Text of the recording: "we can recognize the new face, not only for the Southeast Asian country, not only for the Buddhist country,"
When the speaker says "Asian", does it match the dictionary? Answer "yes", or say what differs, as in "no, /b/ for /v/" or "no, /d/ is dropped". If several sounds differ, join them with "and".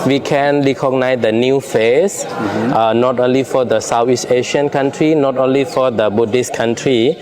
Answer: no, /ʃ/ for /ʒ/